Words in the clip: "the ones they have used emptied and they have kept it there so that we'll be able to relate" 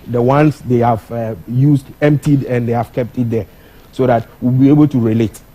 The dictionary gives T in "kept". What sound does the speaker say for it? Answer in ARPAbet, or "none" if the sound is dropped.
T